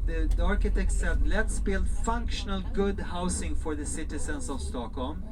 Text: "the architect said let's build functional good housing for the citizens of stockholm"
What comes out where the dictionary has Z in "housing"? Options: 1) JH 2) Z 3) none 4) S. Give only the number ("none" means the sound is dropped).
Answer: 4